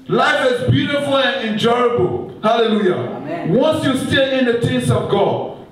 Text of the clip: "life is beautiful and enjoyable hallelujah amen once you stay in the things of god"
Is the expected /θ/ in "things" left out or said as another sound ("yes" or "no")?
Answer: yes